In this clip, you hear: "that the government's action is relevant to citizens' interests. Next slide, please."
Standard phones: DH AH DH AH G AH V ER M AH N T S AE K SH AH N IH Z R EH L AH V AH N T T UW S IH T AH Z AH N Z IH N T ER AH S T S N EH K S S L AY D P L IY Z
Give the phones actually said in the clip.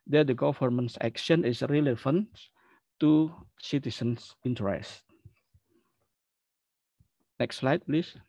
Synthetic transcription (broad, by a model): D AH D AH G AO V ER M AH N S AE K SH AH N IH S R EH L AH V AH N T T UW S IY T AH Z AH N S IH N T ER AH S T N EH K S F L AY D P L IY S